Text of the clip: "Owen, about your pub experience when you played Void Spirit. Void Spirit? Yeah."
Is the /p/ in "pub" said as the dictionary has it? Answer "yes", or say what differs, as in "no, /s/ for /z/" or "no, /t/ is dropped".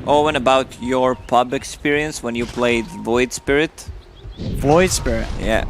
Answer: yes